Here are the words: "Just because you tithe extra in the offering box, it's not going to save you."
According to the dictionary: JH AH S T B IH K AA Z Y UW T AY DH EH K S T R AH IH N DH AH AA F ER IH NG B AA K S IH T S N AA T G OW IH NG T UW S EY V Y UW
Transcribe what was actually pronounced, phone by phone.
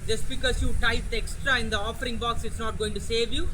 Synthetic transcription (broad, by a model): JH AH S T B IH K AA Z Y UW T AY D EH K S T R AH IH N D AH AA F ER IH NG B AA K S IH T S N AA T G OW IH NG T UW S EY V Y UW